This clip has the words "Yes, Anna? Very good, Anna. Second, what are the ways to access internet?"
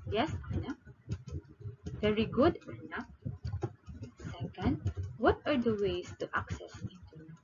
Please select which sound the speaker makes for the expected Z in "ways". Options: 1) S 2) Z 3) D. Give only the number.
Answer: 1